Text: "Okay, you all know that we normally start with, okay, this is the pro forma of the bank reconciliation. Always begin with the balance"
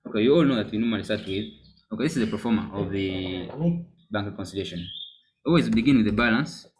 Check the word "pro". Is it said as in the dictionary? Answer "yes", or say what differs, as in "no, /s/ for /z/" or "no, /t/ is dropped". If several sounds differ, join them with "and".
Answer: no, /ɹ/ is dropped